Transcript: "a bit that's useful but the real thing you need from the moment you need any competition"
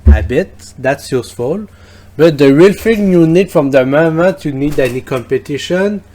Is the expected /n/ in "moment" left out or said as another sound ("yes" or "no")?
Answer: yes